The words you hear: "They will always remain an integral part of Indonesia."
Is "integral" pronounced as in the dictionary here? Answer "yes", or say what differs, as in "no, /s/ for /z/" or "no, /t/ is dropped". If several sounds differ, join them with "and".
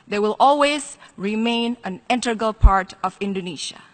no, /ɹ/ is dropped